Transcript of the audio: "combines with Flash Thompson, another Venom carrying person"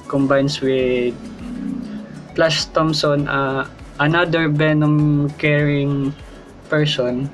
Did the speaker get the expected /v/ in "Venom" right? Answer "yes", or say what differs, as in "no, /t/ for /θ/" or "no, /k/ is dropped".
no, /b/ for /v/